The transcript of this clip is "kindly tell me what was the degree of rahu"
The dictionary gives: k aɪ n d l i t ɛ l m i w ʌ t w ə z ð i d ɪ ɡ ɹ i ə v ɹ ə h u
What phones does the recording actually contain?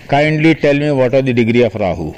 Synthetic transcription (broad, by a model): k aɪ n d l i t ɛ l m i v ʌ t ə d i d ɪ ɡ ɹ i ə f ɹ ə h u